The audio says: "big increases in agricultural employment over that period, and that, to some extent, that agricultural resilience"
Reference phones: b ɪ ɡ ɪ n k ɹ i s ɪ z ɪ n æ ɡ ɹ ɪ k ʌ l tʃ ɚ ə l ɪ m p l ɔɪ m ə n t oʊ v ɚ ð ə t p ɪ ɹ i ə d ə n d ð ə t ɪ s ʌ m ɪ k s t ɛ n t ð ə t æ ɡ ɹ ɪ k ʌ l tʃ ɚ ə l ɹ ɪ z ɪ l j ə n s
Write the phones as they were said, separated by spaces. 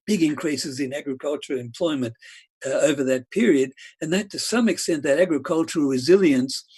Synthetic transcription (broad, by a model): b ɪ ɡ ɪ n k ɹ i s ɪ z ɪ n æ ɡ ɹ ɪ k ʌ l tʃ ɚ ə l ɪ m p l ɔɪ m ə n t oʊ v ɚ ð ə t p ɪ ɹ i ə d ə n ð ə t ɪ s ʌ m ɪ k s t ɛ n ð ə t æ ɡ ɹ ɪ k ʌ l tʃ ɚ l ɹ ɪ z ɪ l j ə n s